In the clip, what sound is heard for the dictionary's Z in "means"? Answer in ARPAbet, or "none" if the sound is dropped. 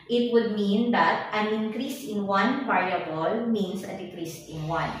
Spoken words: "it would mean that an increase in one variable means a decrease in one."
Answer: S